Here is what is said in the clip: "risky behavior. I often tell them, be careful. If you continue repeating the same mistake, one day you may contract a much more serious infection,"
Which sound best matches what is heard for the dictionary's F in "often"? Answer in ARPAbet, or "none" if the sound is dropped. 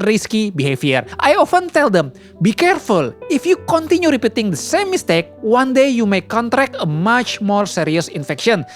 F